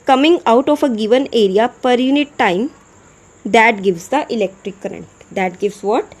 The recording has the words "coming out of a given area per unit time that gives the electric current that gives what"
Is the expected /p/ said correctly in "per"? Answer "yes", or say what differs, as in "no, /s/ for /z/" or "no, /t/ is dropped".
yes